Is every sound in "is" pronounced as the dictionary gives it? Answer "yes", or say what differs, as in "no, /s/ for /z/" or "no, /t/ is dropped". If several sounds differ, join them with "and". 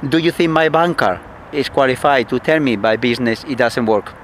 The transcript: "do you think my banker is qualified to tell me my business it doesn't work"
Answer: no, /s/ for /z/